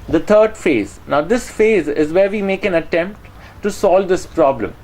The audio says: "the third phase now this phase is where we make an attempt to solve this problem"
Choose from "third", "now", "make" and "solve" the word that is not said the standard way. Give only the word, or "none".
third